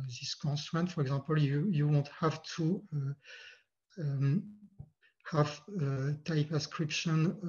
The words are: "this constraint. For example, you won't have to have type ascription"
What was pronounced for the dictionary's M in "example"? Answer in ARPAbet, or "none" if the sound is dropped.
none